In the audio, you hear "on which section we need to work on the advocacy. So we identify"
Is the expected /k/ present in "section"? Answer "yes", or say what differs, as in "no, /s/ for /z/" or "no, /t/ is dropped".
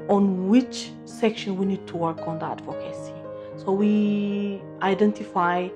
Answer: yes